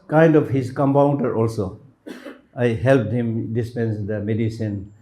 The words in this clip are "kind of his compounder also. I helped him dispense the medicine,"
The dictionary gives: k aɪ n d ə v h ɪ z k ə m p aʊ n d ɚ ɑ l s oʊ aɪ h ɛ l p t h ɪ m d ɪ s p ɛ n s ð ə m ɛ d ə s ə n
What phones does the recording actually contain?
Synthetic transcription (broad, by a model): k aɪ n d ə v h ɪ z k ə m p aʊ n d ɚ ɑ l s oʊ aɪ h ɛ l p t h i m d ɪ s p ɛ n s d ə m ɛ d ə s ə n